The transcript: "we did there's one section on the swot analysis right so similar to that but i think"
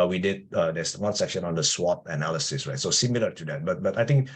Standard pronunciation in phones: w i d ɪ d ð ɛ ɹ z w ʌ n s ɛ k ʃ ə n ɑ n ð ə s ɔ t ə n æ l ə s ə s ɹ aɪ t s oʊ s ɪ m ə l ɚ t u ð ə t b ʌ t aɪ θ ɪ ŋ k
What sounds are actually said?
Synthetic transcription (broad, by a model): w i d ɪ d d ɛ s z w ʌ n s ɛ k ʃ ə n ɑ n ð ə s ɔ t ə n æ l ə s ə s ɹ aɪ t s oʊ s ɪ m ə l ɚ t u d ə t b ʌ t aɪ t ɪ ŋ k